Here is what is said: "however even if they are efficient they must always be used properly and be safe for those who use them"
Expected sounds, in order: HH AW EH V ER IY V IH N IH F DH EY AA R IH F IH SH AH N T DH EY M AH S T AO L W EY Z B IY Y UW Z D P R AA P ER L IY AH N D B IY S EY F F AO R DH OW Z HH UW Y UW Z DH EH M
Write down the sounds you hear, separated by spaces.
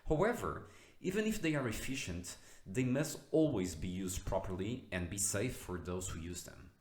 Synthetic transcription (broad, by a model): HH AW EH V ER IY V IH N IH F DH EY AA R IH F IH SH AH N T DH EY M AH S T AO L W EY Z B IY Y UW Z D P R AA P ER L IY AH N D B IY S EY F F AO R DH OW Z HH UW Y UW Z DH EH M